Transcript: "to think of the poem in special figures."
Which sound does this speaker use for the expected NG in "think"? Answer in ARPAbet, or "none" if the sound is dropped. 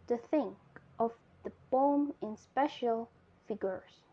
NG